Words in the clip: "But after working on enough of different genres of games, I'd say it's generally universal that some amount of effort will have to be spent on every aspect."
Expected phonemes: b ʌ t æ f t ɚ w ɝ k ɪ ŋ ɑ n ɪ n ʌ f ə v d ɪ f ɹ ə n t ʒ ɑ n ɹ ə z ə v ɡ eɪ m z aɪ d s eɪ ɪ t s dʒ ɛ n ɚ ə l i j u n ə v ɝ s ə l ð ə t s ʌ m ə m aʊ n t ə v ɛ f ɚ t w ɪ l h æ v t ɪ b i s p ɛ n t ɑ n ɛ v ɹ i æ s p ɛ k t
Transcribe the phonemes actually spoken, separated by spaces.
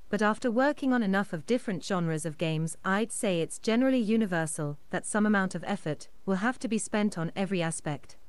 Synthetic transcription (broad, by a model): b ʌ t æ f t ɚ w ɝ k ɪ ŋ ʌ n ɪ n ʌ f ə v d ɪ f ɹ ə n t ʒ ɑ n ɹ ə z ə v ɡ eɪ m z aɪ d s eɪ ɪ t s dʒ ɛ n ɚ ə l i j u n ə v ɝ s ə l ð ə t s ʌ m ə m aʊ n t ə v ɛ f ɚ t w ɪ l h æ f t ɪ b i s p ɛ n t n ɛ v ɹ i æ s p ɛ k t